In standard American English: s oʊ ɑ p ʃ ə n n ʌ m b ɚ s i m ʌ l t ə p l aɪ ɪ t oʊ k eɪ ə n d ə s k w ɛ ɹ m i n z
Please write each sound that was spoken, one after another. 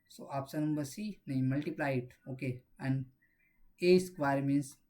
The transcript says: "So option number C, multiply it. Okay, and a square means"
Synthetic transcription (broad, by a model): s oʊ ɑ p s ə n n ʌ m b ɚ s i m ʌ l t ə p l aɪ ɪ t oʊ k eɪ ə n d ə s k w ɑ ɹ m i n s